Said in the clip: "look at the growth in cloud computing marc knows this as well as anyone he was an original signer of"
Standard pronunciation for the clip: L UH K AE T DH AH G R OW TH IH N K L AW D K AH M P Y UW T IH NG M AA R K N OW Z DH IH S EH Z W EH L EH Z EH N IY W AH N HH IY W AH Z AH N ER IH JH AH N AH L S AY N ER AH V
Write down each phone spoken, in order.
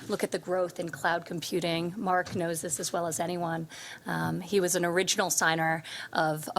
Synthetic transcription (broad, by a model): L UH K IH T DH AH G R OW TH IH N K L AW D K M P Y UW T IH NG M AA R K N OW Z DH IH S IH Z W EH L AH Z EH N IY W AH N IY W AH Z AH N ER IH JH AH N L S AY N ER AH V